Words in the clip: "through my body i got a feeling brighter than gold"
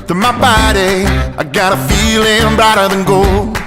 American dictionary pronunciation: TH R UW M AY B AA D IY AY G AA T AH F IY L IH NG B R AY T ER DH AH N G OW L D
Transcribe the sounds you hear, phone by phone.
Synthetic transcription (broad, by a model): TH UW M AY B AA D IY AY G AA T AH F IY L IH NG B AE T ER DH AH N G OW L